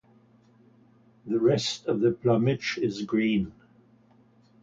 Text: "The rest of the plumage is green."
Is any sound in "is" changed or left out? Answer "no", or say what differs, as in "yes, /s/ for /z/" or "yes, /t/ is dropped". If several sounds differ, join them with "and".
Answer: no